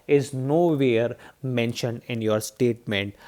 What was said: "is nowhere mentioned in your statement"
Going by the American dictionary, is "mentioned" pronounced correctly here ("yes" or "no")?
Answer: yes